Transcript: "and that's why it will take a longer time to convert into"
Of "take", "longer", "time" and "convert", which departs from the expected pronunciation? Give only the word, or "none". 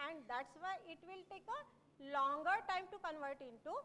none